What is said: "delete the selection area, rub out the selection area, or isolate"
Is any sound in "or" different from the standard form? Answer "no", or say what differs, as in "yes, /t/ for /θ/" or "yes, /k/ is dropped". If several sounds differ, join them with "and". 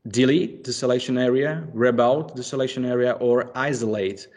no